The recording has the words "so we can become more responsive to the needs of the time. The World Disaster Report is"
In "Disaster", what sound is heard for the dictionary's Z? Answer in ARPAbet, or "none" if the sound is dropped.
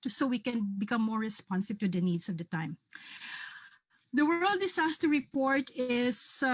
S